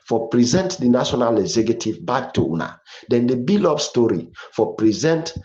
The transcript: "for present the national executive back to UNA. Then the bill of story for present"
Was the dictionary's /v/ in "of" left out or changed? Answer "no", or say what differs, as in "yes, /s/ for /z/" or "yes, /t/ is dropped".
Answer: yes, /p/ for /v/